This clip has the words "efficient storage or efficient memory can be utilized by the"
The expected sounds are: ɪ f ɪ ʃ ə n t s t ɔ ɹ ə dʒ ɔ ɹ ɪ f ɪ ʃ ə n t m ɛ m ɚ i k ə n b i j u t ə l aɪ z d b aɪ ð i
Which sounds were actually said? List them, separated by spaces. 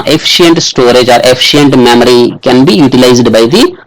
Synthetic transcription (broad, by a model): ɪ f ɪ ʃ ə n t s t ɔ ɹ ə dʒ ɔ ɹ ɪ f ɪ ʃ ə n t m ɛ m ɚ i k ə n b i j u t ə l aɪ z d b aɪ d i